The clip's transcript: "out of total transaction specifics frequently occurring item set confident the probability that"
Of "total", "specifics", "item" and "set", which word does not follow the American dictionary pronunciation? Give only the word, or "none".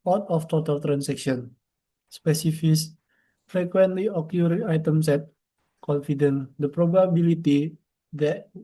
specifics